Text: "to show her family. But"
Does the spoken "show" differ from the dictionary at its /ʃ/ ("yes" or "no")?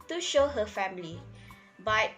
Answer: no